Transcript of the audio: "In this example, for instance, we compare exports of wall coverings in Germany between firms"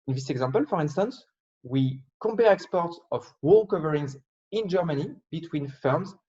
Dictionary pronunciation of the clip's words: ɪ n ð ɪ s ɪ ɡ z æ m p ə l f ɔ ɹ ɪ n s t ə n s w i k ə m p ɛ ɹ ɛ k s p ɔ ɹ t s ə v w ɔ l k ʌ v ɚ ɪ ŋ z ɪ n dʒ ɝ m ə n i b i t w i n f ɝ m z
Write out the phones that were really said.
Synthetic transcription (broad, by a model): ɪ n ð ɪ s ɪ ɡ z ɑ m p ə l f ɔ ɹ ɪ n s t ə n s w i k ə m p ɛ ɹ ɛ k s p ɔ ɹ t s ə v w ɔ l k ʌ v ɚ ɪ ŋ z ɪ n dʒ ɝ m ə n i b i t w i n f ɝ m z